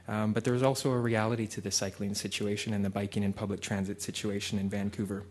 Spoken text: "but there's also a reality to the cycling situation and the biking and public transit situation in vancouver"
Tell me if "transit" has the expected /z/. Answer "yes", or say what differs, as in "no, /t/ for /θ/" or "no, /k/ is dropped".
yes